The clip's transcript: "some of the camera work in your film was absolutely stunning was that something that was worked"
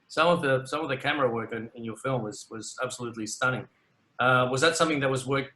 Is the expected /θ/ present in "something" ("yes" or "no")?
yes